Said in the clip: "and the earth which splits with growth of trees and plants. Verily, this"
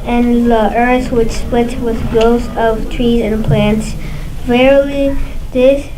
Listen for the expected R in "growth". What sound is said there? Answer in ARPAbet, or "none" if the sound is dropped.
none